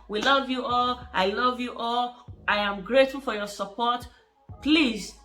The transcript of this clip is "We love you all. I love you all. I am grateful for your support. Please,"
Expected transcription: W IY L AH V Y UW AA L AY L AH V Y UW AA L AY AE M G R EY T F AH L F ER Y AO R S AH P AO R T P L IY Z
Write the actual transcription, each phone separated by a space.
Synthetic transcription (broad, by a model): W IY L AH V Y UW AA L AY L AH V Y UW AA L AY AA M G R EY T F AH L F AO Y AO S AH P AO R T P L IY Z